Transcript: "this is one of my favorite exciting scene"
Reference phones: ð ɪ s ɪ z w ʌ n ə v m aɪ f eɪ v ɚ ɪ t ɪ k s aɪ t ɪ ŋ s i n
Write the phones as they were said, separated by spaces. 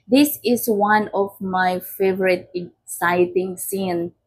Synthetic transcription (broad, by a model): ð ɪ s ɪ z w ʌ n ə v m aɪ f eɪ v ɚ ɪ t ɪ k s aɪ t ɪ ŋ s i n